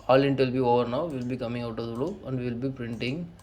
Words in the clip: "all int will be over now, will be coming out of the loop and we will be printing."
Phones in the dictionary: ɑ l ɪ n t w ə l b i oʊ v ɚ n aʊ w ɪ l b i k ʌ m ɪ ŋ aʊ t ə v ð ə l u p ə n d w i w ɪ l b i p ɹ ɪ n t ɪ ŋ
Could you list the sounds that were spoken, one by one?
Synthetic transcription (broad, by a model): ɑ l ɪ n t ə l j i oʊ v ɚ n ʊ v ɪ l b i k ʌ m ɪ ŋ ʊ t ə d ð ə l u ə n d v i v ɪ l b i p ɹ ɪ n t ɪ ŋ